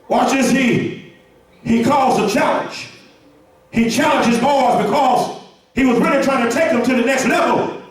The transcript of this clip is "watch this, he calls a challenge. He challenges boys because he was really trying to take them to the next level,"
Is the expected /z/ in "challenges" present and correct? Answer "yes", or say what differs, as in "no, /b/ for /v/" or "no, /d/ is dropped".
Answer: yes